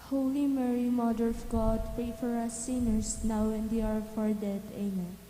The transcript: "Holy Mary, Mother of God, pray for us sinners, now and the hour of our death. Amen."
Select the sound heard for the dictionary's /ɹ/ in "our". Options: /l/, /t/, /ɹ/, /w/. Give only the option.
/ɹ/